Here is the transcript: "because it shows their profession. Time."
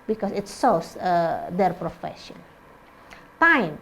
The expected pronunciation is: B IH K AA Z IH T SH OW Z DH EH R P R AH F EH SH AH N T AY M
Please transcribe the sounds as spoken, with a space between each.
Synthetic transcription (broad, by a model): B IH K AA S IH T S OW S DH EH R P R AH F EH SH AH N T AY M